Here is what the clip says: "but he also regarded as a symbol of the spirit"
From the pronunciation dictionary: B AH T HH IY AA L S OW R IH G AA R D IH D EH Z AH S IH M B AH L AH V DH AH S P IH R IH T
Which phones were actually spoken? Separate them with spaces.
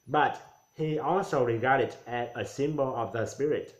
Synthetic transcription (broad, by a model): B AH T HH IY AA L S OW R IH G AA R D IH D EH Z AH S IH M B AH L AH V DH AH S P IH R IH T